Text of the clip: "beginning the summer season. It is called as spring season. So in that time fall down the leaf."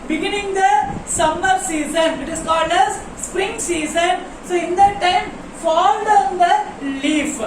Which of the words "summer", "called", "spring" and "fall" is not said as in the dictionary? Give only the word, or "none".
none